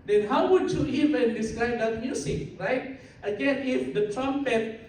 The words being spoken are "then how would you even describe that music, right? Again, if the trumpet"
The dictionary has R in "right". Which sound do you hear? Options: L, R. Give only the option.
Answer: R